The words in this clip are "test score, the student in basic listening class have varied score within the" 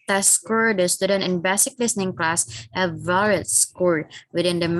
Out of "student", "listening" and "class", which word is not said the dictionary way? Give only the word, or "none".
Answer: none